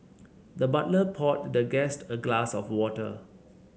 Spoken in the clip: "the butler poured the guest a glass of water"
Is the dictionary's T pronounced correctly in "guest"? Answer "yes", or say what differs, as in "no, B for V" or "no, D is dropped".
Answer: yes